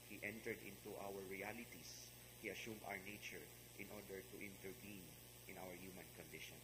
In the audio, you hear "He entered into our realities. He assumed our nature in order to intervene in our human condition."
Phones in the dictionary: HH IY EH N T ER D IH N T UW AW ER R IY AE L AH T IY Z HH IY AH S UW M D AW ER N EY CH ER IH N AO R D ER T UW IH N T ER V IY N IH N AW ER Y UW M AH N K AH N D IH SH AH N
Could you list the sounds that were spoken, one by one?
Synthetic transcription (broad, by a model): HH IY EH N T ER D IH N T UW AW ER R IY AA L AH T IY S HH IY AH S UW M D AW ER N EY CH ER IH N AO R D ER T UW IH N T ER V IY N IH N AW ER Y UW M AH N K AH N D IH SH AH N